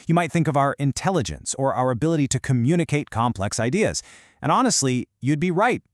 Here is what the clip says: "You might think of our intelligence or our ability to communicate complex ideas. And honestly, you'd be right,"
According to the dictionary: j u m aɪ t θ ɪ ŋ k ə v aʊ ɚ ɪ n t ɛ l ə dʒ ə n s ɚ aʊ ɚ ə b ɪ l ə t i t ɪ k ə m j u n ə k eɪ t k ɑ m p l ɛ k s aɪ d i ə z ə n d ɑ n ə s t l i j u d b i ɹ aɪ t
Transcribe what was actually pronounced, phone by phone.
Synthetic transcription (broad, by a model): j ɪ m aɪ t θ ɪ ŋ k ə v aʊ ɚ ɪ n t ɛ l ə dʒ ə n s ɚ aʊ ɚ ə b ɪ l ə t i t ɪ k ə m j u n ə k eɪ t k ɑ m p l ɛ k s aɪ d i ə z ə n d ɑ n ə s t l i j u d b i ɹ aɪ t